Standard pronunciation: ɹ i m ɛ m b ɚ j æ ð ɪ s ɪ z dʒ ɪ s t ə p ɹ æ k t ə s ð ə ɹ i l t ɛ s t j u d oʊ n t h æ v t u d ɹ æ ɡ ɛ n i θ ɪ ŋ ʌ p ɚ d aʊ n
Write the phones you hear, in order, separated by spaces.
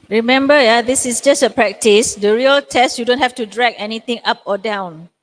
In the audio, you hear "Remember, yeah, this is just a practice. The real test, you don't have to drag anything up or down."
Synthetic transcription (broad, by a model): ɹ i m ɛ m b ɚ j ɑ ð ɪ s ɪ s dʒ ɪ s t ə p ɹ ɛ k t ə s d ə ɹ i l t ɛ s t j u d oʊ n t h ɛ f t u d ɹ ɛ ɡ ɛ n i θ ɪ ŋ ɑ p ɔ d aʊ n